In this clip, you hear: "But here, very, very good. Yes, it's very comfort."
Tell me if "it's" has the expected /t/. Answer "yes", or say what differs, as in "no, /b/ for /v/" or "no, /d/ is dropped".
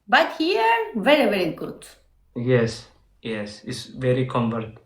no, /s/ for /t/